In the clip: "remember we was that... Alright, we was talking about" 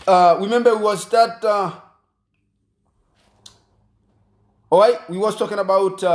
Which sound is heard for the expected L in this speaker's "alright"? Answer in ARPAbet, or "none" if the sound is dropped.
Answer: none